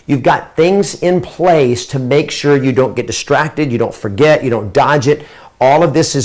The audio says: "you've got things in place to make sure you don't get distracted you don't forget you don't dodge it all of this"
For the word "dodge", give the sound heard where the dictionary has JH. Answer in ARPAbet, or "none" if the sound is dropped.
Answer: JH